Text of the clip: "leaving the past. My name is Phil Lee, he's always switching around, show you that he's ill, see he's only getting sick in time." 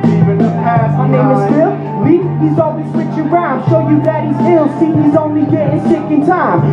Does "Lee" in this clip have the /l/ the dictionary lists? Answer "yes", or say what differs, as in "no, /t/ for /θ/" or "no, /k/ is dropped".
no, /w/ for /l/